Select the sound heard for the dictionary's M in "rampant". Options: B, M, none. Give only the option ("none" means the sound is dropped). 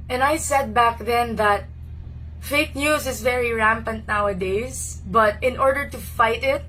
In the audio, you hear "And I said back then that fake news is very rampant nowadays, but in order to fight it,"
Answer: M